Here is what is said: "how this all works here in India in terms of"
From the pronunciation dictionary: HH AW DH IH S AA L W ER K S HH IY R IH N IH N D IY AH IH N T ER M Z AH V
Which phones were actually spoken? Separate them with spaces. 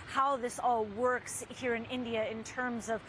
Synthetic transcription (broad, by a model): HH AW DH IH S AA L W ER K S HH IY R IH N IH N D IY AH IH N T ER M Z AH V